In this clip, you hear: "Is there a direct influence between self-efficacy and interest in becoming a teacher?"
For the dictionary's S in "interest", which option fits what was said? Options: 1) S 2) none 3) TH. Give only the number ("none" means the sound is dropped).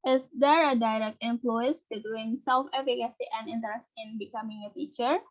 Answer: 1